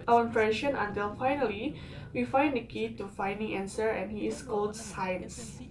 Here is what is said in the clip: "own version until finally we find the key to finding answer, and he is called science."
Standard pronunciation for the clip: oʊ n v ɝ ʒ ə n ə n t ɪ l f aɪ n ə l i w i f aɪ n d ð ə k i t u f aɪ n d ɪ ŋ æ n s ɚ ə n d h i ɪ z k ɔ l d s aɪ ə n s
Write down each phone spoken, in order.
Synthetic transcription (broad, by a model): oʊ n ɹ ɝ ʃ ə n ə n t ɪ l f aɪ n ə l i w i f aɪ n d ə k i t u f aɪ n d ɪ ŋ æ n s ɚ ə n h i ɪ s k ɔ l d s aɪ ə n s